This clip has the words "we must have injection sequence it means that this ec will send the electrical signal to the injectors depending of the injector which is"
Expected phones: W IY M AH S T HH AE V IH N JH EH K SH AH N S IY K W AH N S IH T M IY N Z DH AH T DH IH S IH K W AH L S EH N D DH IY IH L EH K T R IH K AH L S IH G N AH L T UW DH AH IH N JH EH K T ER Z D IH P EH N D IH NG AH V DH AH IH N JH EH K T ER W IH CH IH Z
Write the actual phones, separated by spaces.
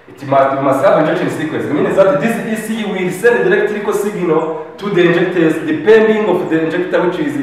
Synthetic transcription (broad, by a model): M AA M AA S T HH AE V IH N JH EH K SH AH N S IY K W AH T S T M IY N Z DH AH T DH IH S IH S W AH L S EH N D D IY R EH K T L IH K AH S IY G N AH T UW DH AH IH N JH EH K T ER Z D IH P EH N D IH NG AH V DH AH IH N JH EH K T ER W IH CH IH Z